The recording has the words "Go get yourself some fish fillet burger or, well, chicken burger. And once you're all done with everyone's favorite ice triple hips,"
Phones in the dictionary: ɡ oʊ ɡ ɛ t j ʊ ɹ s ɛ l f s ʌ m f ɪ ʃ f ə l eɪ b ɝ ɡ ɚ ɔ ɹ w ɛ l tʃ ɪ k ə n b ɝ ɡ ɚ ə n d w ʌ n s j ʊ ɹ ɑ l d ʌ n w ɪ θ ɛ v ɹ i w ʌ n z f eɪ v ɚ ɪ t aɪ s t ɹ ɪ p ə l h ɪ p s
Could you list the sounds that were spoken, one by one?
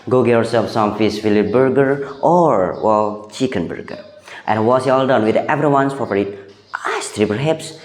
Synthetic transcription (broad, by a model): ɡ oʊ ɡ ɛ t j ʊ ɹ s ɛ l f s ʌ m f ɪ s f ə l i b ɝ ɡ ɚ ɔ ɹ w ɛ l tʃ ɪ k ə n b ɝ ɡ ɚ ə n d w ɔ s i ɑ l d ʌ n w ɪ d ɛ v ɹ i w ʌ n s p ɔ p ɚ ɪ t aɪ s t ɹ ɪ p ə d h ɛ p s